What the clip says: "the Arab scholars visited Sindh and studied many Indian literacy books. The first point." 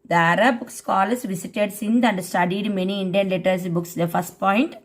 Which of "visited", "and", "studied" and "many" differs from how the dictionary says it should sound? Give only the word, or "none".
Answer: visited